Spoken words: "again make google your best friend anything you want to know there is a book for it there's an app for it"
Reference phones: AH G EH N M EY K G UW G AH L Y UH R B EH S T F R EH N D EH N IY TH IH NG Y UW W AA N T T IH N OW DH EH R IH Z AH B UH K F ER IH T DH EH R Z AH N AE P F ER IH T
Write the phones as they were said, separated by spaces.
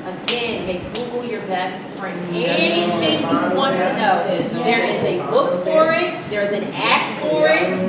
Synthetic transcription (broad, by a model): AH G EH N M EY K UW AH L Y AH R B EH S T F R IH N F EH IY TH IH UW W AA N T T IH N OW DH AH R IH Z AH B UH K F ER IH T DH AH R Z AH N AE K F ER IH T